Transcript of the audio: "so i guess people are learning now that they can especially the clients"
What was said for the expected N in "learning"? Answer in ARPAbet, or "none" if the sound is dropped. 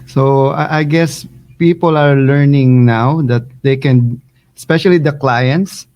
N